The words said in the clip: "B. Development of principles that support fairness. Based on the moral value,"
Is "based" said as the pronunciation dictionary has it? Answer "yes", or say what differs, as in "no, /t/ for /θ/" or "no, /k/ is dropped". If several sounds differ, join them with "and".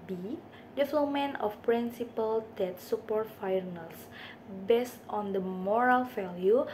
yes